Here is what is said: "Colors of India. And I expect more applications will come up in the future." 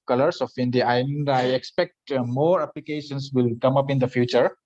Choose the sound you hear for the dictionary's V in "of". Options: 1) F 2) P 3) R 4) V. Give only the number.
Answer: 1